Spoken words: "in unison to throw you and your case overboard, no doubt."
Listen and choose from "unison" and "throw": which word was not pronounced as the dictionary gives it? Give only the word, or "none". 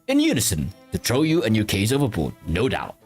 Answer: throw